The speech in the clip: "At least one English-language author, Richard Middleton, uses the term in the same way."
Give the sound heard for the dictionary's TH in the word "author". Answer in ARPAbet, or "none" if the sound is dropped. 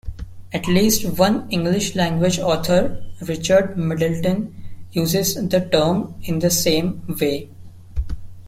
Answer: T